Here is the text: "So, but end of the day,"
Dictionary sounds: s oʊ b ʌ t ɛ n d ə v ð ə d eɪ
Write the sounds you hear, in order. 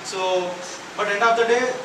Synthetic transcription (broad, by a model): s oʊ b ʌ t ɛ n ə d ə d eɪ